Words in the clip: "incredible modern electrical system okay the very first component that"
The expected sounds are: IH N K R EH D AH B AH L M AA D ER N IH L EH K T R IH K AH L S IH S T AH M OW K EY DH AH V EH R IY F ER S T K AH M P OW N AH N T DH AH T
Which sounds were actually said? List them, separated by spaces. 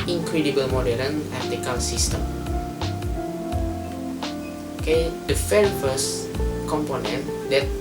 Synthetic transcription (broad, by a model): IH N K R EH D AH B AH L M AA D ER IH N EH T IH K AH L S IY S T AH M OW K EY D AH F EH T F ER S K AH M P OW N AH N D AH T